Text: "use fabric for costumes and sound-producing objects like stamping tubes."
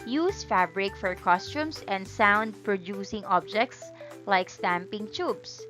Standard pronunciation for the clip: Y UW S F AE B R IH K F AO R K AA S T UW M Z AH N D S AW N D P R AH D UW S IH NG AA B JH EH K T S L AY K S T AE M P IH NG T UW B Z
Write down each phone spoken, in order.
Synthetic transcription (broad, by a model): Y UW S F AE B R IH K F AO R K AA S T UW M S AH N D S AW N D P R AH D UW S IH NG AA B JH EH K T S L AY K S T AE M P IH NG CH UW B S